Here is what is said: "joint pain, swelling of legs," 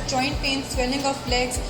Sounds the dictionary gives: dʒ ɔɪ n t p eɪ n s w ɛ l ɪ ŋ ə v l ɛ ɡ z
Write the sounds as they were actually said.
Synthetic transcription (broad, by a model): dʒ ɔɪ n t p eɪ n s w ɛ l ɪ ŋ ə b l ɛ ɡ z